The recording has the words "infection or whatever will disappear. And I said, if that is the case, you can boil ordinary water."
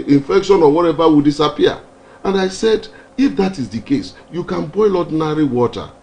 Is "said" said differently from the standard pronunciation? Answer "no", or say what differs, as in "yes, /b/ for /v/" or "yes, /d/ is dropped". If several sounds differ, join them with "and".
no